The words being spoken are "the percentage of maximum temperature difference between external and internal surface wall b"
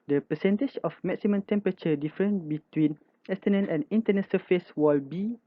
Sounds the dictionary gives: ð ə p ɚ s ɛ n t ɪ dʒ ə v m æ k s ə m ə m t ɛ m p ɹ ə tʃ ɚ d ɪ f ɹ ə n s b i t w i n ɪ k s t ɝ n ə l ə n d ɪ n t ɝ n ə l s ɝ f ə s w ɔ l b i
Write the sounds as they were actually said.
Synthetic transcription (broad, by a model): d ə p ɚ s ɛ n t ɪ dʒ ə f m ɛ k s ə m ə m t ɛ m p ɹ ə tʃ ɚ d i f ɹ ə n b i t w i n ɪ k s t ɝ n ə n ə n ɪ n t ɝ n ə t s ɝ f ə s w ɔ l b i